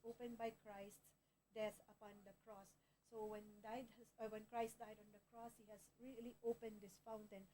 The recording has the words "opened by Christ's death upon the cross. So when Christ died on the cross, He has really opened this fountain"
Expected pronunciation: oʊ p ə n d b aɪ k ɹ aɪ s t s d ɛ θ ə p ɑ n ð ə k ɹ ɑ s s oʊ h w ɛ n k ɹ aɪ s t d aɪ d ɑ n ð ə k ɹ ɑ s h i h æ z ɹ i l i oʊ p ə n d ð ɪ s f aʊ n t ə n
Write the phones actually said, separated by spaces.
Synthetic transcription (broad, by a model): oʊ p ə n b aɪ k ɹ aɪ s t d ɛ s ə p ɑ n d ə k ɹ ɑ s s oʊ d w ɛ n k ɹ aɪ s t d aɪ d ɑ n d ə k ɹ ɑ s h i h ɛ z ɹ i l i oʊ p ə n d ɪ s f aʊ n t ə n